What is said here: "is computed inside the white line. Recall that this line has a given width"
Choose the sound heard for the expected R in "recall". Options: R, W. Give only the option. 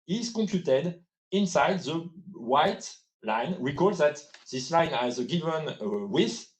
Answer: W